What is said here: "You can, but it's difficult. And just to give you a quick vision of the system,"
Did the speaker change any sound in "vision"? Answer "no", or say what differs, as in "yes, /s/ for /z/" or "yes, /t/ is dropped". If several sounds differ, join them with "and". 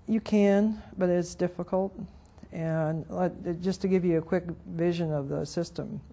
no